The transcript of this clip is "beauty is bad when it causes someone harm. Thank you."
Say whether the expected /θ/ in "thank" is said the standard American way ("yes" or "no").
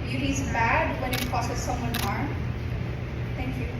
no